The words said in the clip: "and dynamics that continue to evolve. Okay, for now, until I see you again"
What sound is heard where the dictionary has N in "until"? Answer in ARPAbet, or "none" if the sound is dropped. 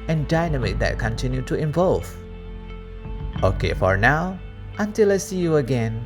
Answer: N